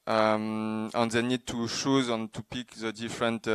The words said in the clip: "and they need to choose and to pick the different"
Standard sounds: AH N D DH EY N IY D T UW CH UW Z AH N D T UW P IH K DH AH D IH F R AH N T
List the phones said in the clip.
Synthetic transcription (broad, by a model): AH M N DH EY N IY D T UW SH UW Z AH N T UW P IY K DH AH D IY F R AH N T